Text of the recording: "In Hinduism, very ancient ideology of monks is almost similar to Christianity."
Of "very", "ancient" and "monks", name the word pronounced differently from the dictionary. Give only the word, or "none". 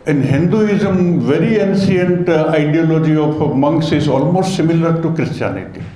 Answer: ancient